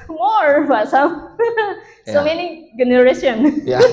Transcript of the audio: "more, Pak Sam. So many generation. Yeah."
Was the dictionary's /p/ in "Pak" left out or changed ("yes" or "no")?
yes